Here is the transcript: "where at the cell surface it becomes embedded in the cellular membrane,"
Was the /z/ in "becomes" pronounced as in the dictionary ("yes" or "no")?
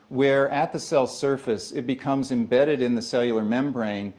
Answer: yes